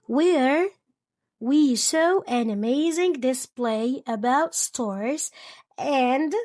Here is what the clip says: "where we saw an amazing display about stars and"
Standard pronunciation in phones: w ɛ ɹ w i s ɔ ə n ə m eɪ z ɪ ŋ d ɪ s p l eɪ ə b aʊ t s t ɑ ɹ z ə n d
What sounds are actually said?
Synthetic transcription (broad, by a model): w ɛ ɹ w i ʃ ɔ ə n ə m eɪ z ɪ ŋ d ɪ s p l eɪ ə b aʊ t s t ɑ ɹ z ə n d